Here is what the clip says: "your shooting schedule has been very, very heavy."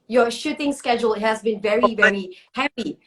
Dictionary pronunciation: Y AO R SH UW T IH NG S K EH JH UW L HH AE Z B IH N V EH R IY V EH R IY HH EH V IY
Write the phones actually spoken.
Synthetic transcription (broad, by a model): Y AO SH UW T IH NG S K EH JH UW L HH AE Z B IH N V EH R IY V EH R IY HH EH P IY